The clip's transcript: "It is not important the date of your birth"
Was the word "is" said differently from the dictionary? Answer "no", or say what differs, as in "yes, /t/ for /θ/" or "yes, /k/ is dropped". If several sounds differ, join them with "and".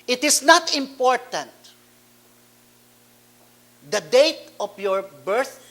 yes, /s/ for /z/